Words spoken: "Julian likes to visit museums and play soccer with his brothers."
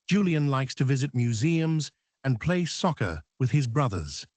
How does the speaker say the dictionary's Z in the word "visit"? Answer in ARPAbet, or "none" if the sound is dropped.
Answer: Z